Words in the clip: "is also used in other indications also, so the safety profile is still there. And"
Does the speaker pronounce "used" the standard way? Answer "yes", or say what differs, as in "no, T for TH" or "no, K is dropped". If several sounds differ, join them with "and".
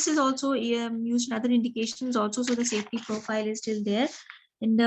no, D is dropped